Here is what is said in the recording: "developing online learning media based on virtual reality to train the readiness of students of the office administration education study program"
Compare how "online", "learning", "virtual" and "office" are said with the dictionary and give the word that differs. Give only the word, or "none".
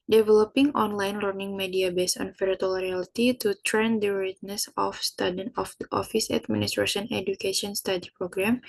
virtual